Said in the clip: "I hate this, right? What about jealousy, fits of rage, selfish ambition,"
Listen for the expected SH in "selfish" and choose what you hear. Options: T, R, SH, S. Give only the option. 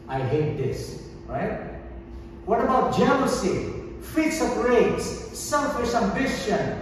S